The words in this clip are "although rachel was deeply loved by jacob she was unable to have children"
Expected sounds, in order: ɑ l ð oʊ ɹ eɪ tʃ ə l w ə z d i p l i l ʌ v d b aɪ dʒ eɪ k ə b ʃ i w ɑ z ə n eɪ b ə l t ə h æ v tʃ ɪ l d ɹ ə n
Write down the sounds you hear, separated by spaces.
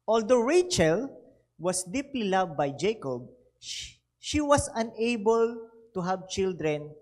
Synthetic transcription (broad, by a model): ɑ l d oʊ ɹ eɪ tʃ ə l w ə s d i p l i l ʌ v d b aɪ dʒ eɪ k ə b ʃ i w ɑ s ə n eɪ b ə l t ə h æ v tʃ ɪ l d ɹ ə n